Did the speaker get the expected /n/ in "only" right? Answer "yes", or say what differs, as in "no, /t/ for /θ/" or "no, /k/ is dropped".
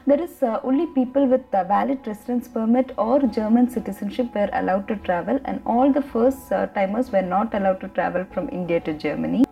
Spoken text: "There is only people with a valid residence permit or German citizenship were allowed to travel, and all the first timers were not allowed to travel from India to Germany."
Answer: no, /n/ is dropped